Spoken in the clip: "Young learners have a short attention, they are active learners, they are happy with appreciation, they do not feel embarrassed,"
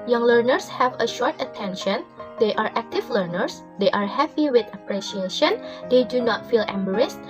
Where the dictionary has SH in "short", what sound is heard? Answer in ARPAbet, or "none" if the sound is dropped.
SH